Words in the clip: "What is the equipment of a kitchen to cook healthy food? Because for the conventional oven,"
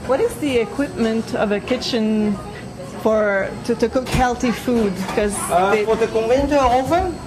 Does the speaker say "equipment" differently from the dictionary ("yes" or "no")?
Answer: no